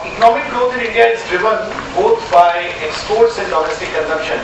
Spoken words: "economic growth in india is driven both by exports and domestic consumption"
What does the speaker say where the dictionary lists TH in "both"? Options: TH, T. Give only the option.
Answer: T